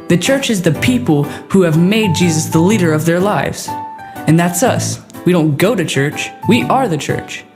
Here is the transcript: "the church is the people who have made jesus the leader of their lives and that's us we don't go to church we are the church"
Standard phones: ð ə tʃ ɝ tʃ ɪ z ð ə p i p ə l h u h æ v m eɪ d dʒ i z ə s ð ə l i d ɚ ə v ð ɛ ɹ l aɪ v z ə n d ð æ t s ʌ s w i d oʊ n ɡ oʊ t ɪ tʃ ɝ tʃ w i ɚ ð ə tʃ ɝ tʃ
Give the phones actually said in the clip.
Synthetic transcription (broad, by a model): ð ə tʃ ɝ tʃ ɪ z ð ə p i p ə l h u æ v m eɪ d dʒ i z ə s ð ə l i d ɚ ə v ð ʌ ɹ l aɪ v z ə n ð æ t s ʌ s w i d oʊ n ɡ oʊ t ɪ tʃ ɝ tʃ w i ɚ ð ə tʃ ɝ tʃ